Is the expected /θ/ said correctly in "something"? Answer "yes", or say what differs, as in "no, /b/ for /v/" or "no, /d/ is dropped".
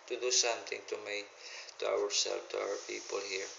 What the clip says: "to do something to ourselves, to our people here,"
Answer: no, /t/ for /θ/